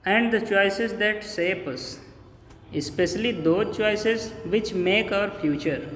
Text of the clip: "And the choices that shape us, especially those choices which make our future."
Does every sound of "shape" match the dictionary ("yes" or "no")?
no